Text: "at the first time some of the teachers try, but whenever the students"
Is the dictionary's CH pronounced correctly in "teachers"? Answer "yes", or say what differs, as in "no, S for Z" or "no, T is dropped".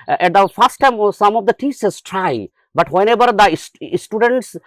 no, S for CH